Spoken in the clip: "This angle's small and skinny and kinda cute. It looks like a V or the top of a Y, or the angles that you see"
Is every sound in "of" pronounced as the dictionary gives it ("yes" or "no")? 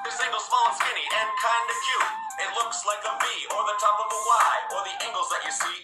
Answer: yes